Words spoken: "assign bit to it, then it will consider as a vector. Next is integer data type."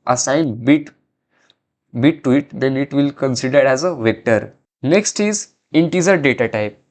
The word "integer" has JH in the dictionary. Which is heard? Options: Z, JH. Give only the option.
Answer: Z